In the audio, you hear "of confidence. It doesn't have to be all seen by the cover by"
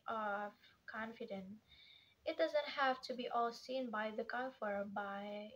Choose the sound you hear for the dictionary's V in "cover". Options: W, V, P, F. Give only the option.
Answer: F